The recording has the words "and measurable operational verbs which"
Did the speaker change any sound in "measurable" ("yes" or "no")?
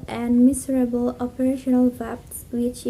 yes